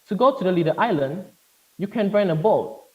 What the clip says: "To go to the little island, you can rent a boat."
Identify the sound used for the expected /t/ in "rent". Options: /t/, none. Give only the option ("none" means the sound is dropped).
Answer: none